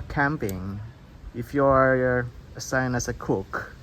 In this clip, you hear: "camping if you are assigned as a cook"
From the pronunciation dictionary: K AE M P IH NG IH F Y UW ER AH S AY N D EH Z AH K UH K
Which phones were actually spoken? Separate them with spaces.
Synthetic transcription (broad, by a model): K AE M P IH NG IH F Y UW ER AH S AY N IH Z AH K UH K